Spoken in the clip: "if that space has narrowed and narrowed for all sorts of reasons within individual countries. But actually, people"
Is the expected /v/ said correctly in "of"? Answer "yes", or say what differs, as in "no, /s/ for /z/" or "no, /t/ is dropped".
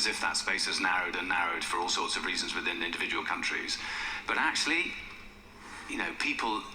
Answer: yes